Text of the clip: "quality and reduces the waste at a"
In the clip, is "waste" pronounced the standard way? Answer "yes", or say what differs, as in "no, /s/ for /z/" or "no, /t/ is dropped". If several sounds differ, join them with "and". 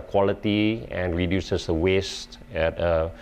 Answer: yes